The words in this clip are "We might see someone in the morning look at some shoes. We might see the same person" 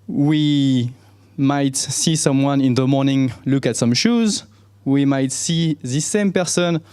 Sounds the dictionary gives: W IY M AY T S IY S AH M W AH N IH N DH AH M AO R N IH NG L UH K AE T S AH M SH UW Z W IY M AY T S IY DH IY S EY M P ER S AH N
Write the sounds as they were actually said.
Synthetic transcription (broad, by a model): W IY M AY T S IY S AH M W AH N IH N DH AH M AO R N IH NG L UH K AE T S AH M SH UW Z W IY M AY T S IY DH IY S EY M P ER S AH N